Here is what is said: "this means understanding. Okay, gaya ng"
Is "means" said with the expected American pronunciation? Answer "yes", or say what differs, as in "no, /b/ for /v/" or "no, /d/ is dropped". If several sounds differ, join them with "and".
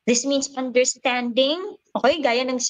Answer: no, /s/ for /z/